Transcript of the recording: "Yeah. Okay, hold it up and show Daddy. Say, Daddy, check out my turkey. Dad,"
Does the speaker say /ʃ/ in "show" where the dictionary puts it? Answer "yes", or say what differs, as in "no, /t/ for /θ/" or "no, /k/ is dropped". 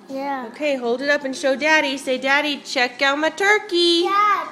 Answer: yes